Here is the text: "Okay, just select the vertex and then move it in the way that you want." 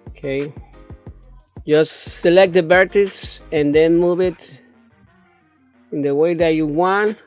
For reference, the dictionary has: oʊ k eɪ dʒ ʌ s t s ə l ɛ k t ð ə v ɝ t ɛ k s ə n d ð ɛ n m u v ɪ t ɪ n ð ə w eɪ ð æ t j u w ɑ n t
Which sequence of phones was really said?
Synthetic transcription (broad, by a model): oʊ k eɪ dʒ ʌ s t s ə l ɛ k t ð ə b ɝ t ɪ s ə n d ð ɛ n m u v ɪ t ɪ n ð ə w eɪ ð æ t j u w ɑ n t